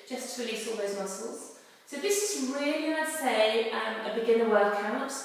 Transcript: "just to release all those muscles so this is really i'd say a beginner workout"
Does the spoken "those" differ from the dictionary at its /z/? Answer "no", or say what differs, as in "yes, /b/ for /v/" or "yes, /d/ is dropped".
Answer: no